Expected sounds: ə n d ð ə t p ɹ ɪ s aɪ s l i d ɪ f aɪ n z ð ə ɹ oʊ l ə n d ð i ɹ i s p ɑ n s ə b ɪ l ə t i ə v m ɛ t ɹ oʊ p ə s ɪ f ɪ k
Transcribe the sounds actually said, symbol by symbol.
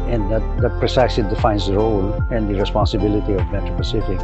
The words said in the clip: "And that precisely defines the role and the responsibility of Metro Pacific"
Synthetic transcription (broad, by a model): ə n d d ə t p ɹ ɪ s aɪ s i d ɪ f aɪ n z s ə ɹ oʊ l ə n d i ɹ i s p ɑ n s ə b ɪ l ə t i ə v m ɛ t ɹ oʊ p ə s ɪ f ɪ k